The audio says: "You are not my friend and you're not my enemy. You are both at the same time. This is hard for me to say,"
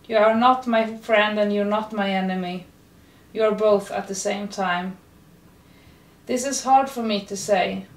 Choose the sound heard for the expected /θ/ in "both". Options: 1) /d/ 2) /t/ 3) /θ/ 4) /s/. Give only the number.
3